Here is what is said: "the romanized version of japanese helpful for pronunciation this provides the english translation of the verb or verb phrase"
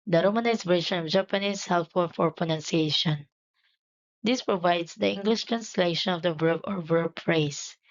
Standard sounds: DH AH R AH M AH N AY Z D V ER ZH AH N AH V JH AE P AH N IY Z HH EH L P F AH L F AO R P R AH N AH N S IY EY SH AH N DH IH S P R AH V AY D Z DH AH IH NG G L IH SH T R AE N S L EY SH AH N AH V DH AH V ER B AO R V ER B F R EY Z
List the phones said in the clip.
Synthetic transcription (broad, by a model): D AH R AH M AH N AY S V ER SH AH N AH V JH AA P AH N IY S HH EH L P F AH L F AO R P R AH N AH N S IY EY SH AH N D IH S P R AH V AY D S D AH IH NG G L IH SH T R AE N S L EY SH AH N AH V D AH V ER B AO R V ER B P R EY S